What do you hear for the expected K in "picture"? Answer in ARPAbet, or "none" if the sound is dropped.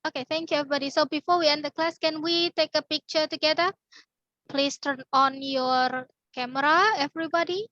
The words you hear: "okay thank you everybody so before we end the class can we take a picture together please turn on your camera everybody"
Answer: K